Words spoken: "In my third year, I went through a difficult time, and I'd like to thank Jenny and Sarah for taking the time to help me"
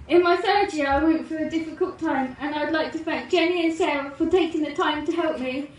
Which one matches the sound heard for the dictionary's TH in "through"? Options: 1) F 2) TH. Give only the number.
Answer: 1